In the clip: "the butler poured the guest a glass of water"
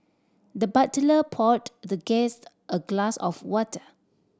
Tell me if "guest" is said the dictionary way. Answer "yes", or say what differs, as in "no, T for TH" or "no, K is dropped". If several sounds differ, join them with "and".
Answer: yes